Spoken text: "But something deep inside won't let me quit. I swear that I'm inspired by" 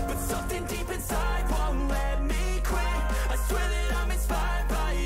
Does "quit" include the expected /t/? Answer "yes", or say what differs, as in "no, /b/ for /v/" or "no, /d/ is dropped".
no, /t/ is dropped